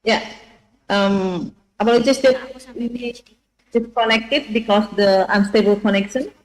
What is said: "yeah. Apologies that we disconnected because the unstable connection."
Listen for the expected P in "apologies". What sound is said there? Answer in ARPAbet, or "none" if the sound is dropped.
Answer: B